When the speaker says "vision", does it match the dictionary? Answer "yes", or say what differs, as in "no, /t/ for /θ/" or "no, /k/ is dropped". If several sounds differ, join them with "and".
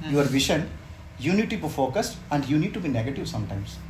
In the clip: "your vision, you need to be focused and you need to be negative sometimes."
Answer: no, /ʃ/ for /ʒ/